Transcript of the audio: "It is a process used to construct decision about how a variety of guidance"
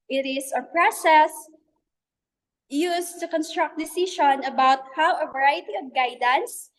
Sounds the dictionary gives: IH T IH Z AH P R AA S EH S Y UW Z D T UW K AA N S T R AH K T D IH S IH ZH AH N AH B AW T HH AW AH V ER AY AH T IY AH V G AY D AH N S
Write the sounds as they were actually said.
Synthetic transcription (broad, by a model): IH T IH S AH P R AA S EH S Y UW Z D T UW K AA N S T R AH K T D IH S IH SH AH N AH B AW T HH AW AH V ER AY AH T IY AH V G AY D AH N S